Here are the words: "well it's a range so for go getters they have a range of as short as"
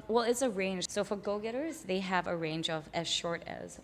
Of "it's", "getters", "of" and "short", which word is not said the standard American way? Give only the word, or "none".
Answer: none